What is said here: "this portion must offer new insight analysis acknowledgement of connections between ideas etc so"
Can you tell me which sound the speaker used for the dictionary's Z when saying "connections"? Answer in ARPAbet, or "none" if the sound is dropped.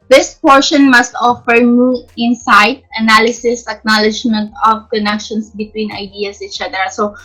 S